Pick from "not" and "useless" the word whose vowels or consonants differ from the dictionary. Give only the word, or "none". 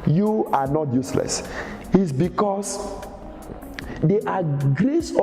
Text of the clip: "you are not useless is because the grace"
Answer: none